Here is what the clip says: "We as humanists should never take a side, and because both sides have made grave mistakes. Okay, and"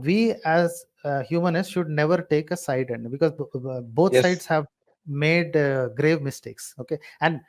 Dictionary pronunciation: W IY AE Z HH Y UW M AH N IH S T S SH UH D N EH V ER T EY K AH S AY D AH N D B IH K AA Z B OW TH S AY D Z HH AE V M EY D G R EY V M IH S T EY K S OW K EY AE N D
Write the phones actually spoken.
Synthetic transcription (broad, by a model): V IY AE Z HH Y UW M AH N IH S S SH UH D N EH V ER T EY K AH S AY D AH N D B IH K AA Z B OW T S AY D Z HH AE V M EY D G R EY V M IH S T EY K S OW K EY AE N D